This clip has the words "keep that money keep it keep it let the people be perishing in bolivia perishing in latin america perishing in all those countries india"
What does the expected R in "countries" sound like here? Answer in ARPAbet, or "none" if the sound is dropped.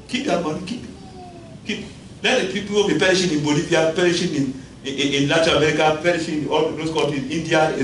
none